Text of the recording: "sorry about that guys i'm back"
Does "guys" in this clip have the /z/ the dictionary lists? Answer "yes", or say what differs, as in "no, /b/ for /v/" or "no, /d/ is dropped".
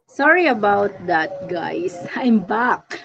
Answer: no, /s/ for /z/